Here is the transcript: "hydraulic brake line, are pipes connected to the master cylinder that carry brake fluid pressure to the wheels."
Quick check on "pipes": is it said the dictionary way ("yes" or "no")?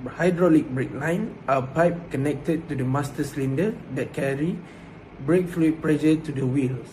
no